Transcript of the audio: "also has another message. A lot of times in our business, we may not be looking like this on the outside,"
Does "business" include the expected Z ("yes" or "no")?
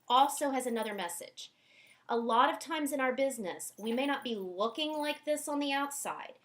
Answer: yes